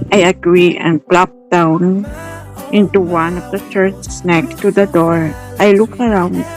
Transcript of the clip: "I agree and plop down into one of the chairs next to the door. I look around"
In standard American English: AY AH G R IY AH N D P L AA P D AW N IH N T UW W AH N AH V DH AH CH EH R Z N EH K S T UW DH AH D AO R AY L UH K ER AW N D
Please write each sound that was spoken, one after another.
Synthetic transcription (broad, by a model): AY AH G R IY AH N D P L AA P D AW N IH N T UW W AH N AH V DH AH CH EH R S N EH K T UW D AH D AO R AY L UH K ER AW N D